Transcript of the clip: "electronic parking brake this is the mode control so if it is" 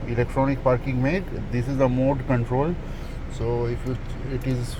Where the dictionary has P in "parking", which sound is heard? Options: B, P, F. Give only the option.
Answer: P